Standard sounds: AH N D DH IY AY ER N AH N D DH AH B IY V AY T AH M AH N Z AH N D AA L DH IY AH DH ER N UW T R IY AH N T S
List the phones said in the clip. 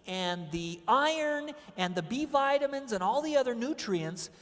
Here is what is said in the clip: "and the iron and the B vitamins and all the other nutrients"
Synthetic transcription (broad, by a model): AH N DH IY AY ER N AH N DH AH B IY V AY T AH M AH N Z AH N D AA L DH IY AH DH ER N UW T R IY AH N T S